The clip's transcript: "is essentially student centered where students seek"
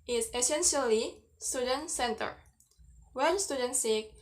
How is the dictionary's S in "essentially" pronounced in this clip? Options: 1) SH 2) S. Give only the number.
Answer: 2